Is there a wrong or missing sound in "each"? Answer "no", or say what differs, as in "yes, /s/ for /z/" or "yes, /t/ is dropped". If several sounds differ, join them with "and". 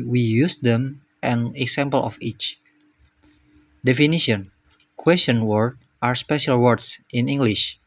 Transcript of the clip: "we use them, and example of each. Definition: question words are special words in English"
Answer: no